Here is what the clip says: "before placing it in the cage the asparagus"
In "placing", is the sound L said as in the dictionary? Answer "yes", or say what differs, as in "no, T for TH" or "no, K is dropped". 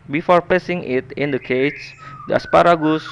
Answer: no, L is dropped